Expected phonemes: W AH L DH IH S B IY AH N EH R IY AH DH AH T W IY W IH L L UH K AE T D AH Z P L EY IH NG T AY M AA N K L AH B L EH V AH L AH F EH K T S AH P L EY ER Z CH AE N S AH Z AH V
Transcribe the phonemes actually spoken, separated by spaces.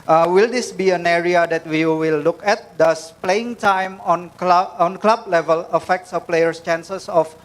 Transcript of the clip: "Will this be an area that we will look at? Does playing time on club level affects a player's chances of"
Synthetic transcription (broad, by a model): W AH L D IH S B IY AH N EH R IY AH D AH T W IY W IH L L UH K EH T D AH S P L EY IH NG T AY M AA N K L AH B L EH V AH L AH F EH K T S AH P L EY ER S CH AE N S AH S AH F